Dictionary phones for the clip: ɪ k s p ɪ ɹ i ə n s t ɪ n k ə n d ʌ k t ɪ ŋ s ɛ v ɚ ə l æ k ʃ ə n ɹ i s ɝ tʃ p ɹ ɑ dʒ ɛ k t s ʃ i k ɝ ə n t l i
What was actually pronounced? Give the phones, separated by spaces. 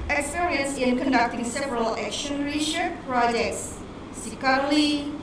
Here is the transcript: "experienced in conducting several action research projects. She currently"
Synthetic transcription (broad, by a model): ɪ k s p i ɹ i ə n s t ɪ n k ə n d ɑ k t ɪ ŋ s ɛ v ɚ ə l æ k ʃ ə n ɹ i ʃ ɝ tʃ p ɹ ɑ dʒ ɛ k t s s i k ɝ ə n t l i